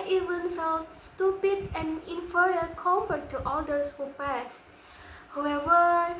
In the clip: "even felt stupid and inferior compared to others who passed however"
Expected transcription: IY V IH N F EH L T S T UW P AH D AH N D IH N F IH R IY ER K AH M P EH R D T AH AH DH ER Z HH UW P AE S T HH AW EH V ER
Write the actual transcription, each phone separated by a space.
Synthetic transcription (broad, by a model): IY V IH N F EH L T S T UW P AH D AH N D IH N F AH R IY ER K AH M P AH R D T AH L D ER S HH UW P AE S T HH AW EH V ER